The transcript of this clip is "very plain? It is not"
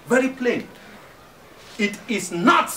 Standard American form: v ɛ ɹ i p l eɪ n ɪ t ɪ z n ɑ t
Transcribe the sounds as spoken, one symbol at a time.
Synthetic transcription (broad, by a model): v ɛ ɹ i p l eɪ n ɪ t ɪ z n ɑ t